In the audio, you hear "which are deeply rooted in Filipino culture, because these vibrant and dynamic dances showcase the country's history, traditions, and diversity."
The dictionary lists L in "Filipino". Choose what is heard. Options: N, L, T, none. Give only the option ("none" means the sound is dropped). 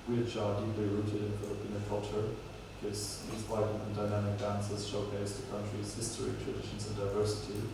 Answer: none